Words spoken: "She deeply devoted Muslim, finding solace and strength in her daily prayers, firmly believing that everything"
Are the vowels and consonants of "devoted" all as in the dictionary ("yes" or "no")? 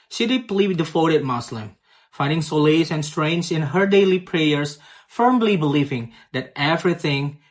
no